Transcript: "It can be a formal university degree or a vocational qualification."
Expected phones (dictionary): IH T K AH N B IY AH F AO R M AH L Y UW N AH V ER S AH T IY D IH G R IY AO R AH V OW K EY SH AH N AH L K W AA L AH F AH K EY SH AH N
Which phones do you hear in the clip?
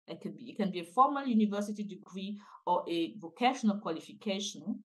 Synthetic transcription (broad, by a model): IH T K AH N B IY AH F AO M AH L Y UW N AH V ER S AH T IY D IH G R IY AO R AH V OW K EY SH AH N AH L K W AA L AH F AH K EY SH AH N